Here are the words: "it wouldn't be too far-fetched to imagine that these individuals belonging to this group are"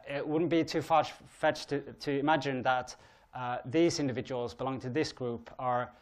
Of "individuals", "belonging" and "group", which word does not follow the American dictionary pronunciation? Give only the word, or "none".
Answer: none